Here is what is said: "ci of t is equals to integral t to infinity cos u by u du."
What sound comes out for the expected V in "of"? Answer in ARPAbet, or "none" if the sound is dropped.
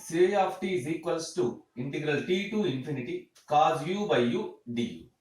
P